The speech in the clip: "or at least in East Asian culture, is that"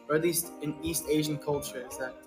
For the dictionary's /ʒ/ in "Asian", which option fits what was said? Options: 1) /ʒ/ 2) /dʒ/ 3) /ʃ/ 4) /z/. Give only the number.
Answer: 1